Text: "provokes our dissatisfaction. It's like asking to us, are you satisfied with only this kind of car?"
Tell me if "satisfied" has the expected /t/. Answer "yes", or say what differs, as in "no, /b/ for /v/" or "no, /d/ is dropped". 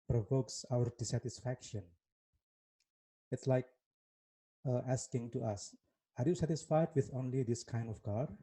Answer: yes